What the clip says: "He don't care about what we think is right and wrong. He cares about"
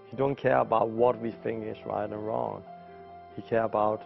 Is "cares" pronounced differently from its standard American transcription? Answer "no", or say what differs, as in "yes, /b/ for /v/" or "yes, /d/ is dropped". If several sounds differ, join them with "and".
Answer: yes, /z/ is dropped